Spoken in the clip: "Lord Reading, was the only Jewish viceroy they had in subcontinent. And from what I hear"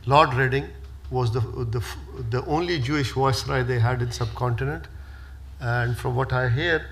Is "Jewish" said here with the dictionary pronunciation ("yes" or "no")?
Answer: yes